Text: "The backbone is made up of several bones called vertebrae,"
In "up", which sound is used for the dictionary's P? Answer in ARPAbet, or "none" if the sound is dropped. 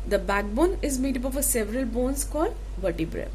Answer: B